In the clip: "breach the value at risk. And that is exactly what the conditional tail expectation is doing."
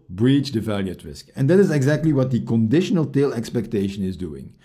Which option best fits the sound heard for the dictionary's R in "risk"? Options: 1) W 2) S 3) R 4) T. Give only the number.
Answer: 3